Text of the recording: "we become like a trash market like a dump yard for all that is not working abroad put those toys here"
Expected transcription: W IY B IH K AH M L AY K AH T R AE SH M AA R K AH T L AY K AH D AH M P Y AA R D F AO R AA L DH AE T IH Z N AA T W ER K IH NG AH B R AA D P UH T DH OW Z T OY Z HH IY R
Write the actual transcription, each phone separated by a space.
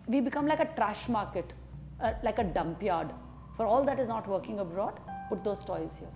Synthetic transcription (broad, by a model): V IY B IH K AH M L AY K AH T R AE SH M AA R K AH T L AY K AH D AH M P Y AA R D F AO R AA L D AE T IH Z N AA T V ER K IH NG AH B R AA D P UH T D OW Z T OY Z HH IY R